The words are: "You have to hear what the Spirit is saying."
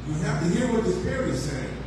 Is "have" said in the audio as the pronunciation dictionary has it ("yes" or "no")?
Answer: no